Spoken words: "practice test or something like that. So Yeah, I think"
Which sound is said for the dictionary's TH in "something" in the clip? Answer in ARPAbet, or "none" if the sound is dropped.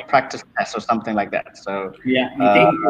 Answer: TH